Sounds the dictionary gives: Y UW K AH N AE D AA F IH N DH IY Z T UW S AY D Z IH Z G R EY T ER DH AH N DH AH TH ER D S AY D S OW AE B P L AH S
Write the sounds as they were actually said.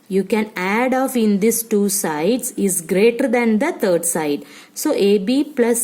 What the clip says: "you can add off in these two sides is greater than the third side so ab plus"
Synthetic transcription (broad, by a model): Y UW K AH N AE D AA F IH N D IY S T UW S AY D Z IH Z G R EY T ER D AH N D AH T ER D S AY D S OW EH B P L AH S